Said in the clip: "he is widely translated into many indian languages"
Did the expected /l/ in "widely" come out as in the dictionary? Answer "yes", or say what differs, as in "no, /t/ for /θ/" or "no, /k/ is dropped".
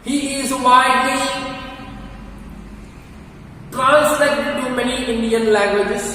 no, /l/ is dropped